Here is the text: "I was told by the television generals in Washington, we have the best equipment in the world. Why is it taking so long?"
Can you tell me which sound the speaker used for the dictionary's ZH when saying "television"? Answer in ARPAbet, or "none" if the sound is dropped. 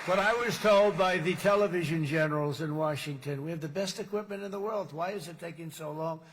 ZH